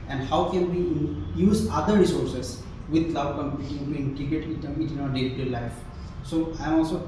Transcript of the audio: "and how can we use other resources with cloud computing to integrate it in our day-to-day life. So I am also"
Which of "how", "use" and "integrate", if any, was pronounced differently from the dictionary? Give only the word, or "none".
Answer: integrate